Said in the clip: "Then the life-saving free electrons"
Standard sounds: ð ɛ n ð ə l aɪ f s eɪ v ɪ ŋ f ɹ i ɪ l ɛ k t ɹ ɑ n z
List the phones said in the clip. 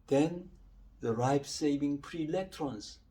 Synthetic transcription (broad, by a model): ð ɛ n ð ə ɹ aɪ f s eɪ v ɪ ŋ p ɹ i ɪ l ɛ k t ɹ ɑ n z